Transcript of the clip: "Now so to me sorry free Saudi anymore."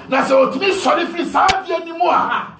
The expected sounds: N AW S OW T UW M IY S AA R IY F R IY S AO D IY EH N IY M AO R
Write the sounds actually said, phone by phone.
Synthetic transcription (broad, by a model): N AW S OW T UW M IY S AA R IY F IY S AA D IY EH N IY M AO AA